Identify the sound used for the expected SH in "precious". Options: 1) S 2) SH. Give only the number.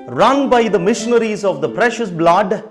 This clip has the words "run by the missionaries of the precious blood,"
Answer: 2